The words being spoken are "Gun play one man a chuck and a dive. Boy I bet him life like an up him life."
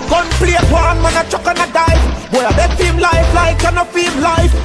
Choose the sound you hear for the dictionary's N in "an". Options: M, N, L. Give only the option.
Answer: N